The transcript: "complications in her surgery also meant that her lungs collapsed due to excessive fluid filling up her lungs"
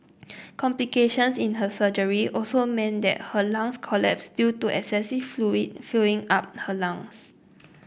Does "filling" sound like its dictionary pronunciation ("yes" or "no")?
no